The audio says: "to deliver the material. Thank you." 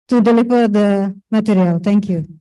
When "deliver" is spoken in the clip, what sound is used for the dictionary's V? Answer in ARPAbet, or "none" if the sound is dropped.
P